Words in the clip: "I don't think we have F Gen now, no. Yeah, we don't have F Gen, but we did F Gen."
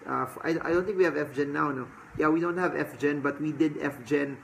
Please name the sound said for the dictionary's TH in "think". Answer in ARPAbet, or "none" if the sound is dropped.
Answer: T